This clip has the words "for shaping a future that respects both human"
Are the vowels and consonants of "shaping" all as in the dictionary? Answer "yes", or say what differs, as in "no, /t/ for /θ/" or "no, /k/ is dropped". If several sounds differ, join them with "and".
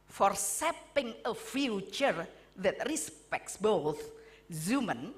no, /s/ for /ʃ/